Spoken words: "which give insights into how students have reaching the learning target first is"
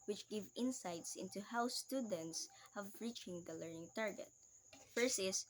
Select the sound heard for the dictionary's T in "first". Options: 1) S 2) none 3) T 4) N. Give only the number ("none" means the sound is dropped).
2